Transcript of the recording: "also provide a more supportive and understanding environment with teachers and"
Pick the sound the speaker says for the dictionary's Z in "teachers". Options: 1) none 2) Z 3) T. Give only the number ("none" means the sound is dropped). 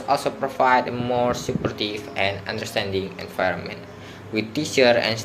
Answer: 1